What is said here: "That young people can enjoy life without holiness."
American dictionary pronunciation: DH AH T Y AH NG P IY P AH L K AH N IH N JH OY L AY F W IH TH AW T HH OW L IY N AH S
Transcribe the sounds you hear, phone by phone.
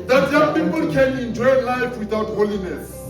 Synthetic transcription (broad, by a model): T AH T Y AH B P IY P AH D K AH L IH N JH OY L AY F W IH T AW T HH OW L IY N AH S